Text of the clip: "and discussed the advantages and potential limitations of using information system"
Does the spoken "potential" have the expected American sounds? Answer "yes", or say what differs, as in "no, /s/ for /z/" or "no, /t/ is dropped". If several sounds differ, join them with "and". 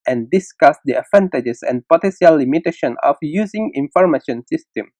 no, /s/ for /ʃ/